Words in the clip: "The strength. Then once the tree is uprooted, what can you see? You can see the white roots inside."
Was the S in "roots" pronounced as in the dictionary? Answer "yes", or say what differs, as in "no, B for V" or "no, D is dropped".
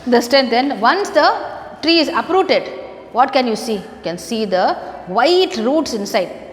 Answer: yes